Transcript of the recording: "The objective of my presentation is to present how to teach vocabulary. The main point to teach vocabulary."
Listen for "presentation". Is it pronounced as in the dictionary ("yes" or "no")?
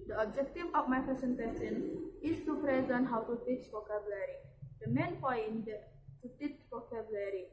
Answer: no